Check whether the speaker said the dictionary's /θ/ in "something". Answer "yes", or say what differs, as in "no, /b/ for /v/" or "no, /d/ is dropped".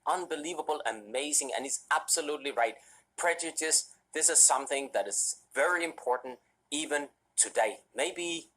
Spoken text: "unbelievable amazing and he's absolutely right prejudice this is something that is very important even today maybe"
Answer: yes